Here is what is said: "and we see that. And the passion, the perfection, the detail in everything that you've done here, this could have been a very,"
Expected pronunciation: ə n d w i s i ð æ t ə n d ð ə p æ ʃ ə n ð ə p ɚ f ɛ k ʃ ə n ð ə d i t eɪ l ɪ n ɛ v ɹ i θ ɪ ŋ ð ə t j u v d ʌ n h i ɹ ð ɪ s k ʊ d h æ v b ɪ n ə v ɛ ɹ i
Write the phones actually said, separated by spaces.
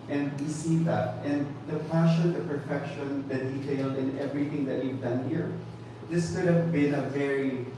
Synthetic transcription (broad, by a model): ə n d w i s i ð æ t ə n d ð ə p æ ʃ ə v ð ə p ɚ f ɛ k ʃ ə n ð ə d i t eɪ l ɪ n ɛ v ɹ i θ ɪ ŋ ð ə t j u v d ʌ n h i ɹ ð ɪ s k ʊ d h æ v b ɪ n ə v ɛ ɹ i